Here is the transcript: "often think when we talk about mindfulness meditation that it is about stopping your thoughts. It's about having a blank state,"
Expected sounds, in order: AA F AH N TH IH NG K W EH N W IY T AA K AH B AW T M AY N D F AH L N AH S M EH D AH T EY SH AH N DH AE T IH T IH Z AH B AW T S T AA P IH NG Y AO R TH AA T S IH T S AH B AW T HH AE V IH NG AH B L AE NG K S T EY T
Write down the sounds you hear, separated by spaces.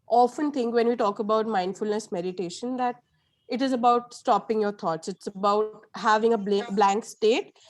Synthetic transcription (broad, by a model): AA F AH N T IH NG K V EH N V IY T AA K AH B AW T M AY N D F AH L N AH S M EH D AH T EY SH AH N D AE T IH T IH Z AH B AW T S T AA P IH NG Y AO R T AA T S IH T S AH B AW T HH AE V IH NG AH B L AE NG K S T EY T